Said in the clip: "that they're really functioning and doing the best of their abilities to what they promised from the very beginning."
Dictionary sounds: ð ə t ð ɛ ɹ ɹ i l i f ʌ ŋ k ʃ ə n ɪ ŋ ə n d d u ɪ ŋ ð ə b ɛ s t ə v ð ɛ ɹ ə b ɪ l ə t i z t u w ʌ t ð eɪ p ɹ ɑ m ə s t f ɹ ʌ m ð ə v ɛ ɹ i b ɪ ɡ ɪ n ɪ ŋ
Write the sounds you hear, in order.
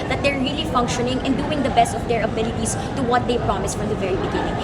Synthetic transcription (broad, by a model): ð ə t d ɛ ɹ ɹ i l i f ʌ ŋ k ʃ ə n ɪ ŋ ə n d d u ɪ ŋ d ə b ɛ s t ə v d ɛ ɹ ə b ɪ l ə t i s t u w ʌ t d eɪ p ɹ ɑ m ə s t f ɹ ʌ m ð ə v ɛ ɹ i b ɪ ɡ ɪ n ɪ ŋ